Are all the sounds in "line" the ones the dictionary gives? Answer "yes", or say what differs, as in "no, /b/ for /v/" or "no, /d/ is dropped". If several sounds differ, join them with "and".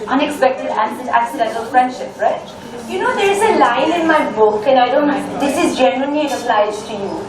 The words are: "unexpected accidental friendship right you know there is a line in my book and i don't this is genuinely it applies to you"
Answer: no, /l/ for /n/